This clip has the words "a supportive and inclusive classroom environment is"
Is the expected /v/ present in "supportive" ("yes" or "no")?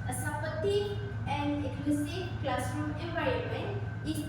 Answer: no